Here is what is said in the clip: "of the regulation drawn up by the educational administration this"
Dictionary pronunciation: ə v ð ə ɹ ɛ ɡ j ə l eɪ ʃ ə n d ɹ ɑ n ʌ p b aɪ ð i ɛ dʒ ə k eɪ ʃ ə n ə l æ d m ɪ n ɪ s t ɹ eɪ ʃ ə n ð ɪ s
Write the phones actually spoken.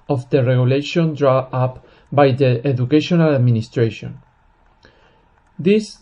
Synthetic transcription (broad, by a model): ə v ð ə ɹ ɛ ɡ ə l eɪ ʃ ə n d ɹ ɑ ʌ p b aɪ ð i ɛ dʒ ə k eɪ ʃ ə n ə l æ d m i n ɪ s t ɹ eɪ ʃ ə n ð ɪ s